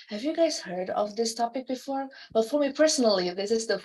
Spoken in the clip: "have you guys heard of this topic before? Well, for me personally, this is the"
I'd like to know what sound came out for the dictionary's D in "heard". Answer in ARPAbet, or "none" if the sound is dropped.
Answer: D